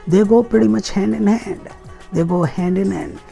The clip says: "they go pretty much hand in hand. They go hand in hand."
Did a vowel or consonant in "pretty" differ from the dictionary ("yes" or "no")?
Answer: yes